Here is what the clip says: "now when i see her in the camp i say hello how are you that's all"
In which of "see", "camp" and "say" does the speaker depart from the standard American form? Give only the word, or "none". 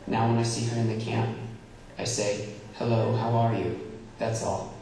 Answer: none